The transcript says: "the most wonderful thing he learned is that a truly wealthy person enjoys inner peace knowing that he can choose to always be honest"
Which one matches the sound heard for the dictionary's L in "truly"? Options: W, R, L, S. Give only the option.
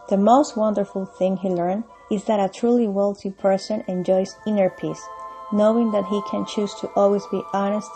L